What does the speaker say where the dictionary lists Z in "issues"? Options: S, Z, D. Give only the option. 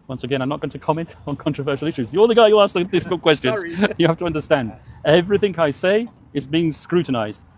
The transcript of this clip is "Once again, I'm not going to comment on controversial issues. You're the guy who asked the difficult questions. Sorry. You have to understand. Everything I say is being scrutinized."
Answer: Z